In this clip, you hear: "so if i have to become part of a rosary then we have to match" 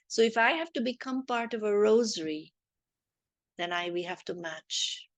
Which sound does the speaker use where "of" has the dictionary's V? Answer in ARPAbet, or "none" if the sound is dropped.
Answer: V